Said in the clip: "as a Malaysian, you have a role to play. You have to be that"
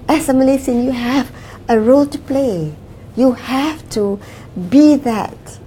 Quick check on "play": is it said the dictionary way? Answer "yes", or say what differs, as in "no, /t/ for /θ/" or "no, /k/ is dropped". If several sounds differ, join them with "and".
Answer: yes